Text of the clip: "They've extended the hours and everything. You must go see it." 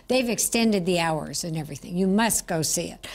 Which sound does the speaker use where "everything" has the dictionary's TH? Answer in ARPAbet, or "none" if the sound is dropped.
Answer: TH